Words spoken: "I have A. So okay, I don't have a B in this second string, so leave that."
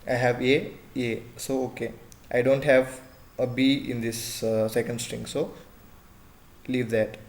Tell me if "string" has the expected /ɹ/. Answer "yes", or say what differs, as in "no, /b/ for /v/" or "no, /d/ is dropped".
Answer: yes